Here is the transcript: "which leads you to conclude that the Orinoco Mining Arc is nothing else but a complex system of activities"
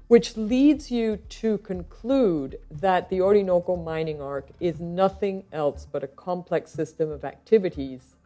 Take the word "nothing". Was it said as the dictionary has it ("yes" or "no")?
yes